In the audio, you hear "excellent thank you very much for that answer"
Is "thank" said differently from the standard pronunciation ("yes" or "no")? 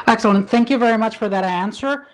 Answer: no